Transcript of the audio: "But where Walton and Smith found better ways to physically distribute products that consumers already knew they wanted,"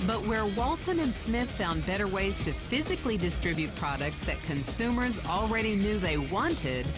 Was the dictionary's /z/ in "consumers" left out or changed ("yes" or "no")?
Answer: no